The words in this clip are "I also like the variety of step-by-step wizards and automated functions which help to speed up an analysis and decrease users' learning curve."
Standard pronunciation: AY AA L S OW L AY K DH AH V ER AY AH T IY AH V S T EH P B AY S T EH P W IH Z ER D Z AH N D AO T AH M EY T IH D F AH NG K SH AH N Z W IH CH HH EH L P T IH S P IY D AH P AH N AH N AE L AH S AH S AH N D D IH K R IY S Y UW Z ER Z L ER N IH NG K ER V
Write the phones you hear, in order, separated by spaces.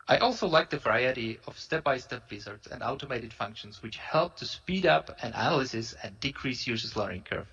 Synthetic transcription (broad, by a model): AY AA L S OW L AY K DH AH V ER AY AH T IY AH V S T EH P B AY S T EH P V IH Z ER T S AH N D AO T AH M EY T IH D F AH NG K SH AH N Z W IH CH HH EH L P T IH S P IY D AH P AH N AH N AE L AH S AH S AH N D D IH K R IY S Y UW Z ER S L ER IH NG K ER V